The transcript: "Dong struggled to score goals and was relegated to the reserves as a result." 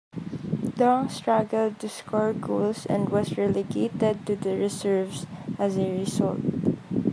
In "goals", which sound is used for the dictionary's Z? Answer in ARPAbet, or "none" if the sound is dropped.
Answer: S